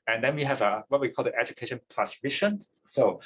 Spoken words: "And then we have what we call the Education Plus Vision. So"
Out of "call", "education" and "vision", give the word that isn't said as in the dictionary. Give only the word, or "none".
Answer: vision